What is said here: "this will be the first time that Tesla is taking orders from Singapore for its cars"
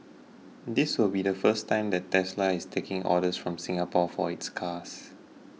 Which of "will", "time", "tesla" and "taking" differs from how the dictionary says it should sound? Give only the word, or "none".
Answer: none